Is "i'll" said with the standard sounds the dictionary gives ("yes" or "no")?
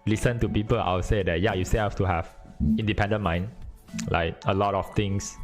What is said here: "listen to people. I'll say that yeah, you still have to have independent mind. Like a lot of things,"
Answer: no